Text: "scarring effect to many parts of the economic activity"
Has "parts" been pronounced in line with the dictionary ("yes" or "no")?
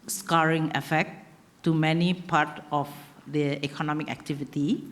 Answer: no